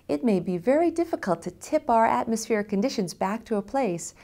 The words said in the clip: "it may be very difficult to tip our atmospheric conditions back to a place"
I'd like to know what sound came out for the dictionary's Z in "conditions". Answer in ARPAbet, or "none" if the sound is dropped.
Z